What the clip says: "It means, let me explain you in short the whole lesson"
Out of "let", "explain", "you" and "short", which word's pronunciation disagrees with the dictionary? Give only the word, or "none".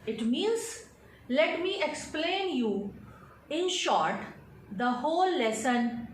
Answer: none